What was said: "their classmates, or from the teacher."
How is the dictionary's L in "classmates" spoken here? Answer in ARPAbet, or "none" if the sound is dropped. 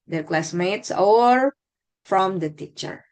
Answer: L